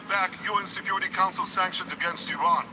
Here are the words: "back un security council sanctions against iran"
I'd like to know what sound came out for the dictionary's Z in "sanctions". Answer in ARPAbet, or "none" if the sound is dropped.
Z